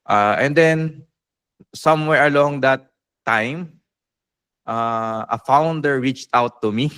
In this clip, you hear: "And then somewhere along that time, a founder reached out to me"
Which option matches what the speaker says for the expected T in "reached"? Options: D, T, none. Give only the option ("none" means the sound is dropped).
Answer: T